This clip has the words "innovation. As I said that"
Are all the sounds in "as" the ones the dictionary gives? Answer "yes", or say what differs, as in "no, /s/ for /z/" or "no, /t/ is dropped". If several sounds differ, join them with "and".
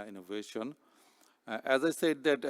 yes